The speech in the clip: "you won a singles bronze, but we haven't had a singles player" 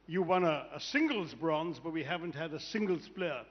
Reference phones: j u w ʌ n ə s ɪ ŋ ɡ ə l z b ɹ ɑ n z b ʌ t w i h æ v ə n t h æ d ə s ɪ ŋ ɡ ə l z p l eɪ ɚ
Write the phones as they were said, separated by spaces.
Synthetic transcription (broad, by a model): j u w ʌ n ə s ɪ ŋ ɡ ə l z b ɹ ɑ n z b ʌ t w i h æ v ə n t h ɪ d ə s ɪ ŋ ɡ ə l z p l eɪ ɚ